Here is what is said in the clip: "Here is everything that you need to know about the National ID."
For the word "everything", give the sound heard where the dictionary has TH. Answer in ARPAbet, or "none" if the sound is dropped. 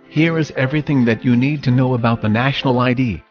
TH